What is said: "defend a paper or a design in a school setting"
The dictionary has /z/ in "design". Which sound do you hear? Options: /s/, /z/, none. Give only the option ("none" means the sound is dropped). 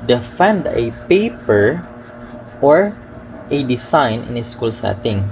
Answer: /s/